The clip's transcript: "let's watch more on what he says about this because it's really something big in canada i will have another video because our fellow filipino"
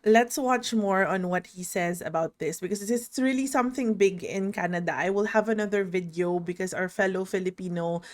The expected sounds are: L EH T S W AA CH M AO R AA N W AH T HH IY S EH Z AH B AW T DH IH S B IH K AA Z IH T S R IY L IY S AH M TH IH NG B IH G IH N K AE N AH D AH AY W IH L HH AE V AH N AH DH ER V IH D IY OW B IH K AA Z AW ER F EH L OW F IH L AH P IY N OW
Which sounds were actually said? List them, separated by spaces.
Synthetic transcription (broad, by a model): L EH T S W AA CH M AO R AA N W AH T HH IY S EH Z AH B AW T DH IH S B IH K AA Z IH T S R IY L IY S AH M TH IH NG B IH G IH N K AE N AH D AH AY W IH L HH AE V AH N AH DH ER V IH D IY OW B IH K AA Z AW ER F EH L OW F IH L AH P IY N OW